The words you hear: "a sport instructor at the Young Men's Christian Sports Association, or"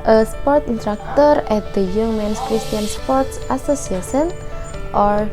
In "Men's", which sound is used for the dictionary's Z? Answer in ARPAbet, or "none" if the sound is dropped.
S